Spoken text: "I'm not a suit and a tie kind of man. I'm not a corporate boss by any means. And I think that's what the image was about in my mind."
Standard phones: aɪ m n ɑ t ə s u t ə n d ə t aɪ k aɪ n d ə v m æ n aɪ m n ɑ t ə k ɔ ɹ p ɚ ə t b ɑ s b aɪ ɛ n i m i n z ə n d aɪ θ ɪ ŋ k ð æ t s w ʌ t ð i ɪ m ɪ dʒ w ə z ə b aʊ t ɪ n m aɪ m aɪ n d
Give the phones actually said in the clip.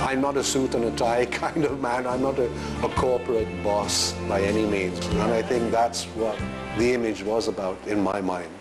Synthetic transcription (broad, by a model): aɪ m n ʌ t ə s u t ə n ə t aɪ k aɪ n d ə v m æ n aɪ m n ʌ t ə k ɔ ɹ p ɚ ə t b ɑ s b aɪ ɛ n i m i n z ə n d aɪ θ ɪ ŋ k ð æ t s w ʌ t ð i ɪ m ɪ dʒ w ə z ə b aʊ t ɪ n m aɪ m aɪ n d